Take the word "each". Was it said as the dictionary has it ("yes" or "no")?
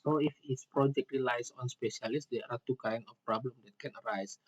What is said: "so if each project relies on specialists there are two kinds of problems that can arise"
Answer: no